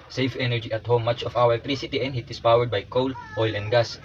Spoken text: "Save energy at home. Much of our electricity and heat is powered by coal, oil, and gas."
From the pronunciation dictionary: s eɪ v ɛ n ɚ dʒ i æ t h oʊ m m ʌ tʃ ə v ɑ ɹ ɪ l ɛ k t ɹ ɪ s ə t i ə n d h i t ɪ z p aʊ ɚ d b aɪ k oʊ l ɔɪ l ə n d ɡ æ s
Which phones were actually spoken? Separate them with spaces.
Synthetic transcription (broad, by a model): s eɪ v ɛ n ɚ dʒ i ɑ t h oʊ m m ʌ tʃ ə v ɑ w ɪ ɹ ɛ k t ɹ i s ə t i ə n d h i t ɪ s p aʊ ɚ d b aɪ k oʊ l ɔɪ l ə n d ɡ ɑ s